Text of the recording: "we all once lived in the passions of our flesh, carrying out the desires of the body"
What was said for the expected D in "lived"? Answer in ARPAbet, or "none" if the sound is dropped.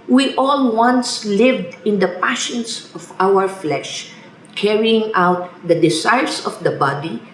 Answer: D